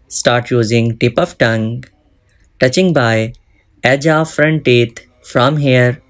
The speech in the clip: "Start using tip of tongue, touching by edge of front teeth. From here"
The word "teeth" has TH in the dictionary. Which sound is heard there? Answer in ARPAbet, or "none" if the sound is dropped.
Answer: T